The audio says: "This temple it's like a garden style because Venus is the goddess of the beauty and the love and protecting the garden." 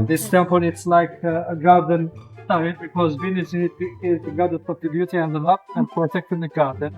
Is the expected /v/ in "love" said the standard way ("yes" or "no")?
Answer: no